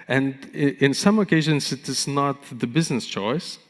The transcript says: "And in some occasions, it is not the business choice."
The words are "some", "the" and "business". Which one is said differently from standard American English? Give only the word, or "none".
none